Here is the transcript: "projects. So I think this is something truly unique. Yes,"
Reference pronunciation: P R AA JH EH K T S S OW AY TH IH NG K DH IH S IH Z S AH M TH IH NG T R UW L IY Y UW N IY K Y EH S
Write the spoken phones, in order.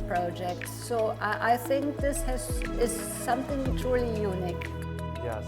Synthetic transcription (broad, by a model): P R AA JH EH K T S S OW AY TH IH NG K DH IH S IH Z S AH M TH IH NG T R UW L IY Y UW N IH K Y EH